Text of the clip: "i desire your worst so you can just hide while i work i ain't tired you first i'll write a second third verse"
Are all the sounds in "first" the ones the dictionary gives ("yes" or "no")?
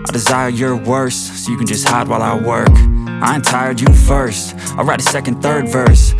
yes